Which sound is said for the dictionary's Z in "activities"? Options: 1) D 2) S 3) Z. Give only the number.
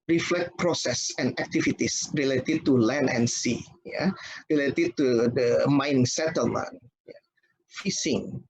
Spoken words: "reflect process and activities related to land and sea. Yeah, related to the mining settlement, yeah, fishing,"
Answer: 2